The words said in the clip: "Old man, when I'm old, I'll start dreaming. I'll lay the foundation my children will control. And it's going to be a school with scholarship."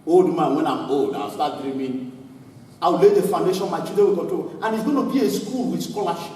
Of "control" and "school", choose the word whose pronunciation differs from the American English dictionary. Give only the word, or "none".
control